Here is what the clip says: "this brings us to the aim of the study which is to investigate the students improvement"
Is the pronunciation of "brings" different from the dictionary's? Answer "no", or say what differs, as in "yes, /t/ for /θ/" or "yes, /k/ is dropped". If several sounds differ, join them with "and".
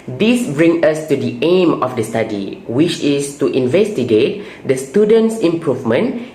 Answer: yes, /z/ is dropped